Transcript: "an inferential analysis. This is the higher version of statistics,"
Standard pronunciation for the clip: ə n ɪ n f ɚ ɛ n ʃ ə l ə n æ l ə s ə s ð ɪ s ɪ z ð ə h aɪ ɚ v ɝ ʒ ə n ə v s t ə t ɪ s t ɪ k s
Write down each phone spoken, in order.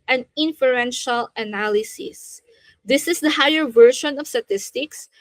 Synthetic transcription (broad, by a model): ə n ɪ n f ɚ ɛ n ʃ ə l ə n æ l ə s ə s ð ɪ s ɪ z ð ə h aɪ ɚ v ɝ ʃ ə n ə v s t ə t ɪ s t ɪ k s